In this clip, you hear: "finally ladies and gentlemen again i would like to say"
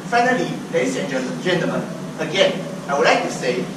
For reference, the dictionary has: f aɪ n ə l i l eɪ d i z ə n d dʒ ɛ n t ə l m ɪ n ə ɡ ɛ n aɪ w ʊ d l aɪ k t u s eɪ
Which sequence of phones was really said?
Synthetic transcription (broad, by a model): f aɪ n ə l i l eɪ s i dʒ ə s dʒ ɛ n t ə m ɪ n ə ɡ ɛ n aɪ w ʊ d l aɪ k t u s eɪ